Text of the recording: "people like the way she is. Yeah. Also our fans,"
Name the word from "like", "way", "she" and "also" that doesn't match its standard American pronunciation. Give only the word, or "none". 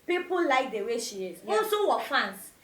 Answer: also